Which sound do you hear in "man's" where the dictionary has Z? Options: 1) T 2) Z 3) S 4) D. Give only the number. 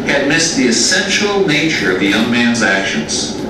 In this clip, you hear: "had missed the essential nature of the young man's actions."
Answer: 2